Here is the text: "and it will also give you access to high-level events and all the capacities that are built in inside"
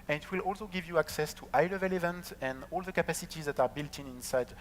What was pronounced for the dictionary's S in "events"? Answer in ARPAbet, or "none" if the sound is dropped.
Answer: none